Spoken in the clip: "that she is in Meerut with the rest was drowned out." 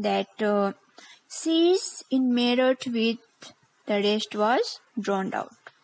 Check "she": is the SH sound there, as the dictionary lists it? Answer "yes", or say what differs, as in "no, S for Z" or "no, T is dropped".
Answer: no, S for SH